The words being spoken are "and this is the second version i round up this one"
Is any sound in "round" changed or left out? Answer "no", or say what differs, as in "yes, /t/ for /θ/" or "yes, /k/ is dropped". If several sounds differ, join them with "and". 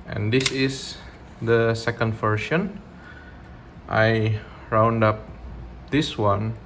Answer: no